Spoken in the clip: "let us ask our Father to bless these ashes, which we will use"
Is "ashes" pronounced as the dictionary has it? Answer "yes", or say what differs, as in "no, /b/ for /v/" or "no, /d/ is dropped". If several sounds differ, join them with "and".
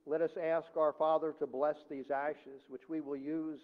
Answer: yes